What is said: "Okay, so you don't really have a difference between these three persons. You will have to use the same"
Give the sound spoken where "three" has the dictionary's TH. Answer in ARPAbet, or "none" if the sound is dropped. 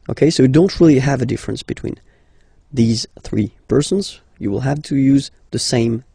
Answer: TH